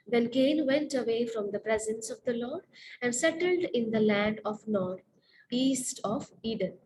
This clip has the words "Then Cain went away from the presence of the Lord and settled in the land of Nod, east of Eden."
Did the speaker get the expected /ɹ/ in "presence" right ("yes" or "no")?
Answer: yes